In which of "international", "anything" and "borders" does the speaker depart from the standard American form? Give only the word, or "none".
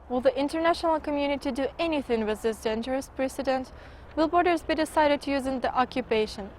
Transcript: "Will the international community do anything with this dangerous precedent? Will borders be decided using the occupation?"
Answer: none